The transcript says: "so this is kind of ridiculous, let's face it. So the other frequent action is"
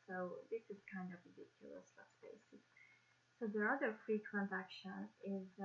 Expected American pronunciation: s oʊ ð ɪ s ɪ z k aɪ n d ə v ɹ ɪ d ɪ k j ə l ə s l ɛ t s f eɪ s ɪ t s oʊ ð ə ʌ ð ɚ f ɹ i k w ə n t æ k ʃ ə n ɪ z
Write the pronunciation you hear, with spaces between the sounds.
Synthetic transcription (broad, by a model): s oʊ ð ɪ s ɪ z k aɪ n d ə v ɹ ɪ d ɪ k j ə l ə s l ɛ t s p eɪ s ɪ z s oʊ ð ə ʌ ð ɚ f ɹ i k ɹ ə n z æ k ʃ ə n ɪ z